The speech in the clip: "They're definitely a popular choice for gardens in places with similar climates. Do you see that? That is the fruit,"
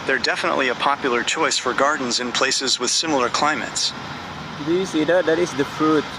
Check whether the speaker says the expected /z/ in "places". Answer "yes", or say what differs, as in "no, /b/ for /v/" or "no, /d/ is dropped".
yes